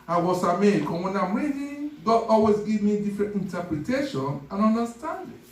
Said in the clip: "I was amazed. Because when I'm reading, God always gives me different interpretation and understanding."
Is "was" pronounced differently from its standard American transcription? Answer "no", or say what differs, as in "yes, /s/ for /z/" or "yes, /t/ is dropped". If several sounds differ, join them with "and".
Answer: yes, /s/ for /z/